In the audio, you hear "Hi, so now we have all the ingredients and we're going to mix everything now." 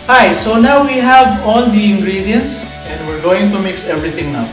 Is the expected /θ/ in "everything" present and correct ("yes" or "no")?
no